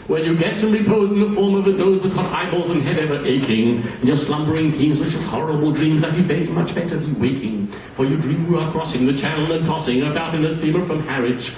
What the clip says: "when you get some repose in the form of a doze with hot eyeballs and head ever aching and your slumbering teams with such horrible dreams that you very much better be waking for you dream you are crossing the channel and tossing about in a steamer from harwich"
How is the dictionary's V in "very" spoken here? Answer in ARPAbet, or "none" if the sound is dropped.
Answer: B